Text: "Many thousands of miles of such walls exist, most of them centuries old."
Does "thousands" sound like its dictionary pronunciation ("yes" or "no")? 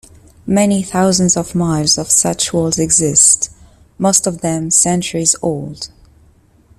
yes